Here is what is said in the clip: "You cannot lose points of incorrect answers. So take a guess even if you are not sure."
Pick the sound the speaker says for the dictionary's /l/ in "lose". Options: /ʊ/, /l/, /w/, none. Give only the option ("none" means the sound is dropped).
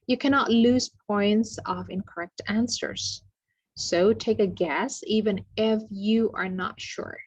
/l/